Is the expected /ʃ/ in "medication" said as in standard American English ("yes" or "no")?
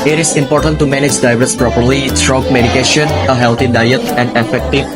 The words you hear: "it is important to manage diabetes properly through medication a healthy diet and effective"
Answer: yes